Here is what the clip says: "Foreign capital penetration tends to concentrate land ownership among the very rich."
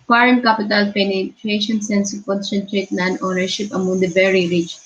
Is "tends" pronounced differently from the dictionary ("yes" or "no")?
yes